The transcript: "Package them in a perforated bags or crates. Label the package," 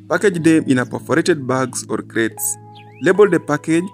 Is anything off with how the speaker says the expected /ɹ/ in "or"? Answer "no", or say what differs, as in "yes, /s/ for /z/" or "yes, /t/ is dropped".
no